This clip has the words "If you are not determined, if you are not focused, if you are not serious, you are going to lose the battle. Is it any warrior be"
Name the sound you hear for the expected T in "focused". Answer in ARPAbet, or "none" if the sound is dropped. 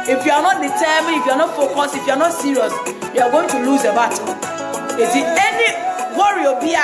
none